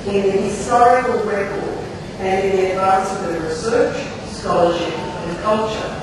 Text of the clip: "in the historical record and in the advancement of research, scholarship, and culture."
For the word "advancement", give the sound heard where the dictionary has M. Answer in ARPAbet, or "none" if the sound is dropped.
none